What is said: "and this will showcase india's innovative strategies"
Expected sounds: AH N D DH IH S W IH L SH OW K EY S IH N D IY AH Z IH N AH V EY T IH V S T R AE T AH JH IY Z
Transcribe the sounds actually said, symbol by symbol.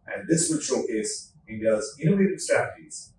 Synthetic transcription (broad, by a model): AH N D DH IH S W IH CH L K EY IH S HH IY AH Z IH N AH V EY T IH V S T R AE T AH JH IY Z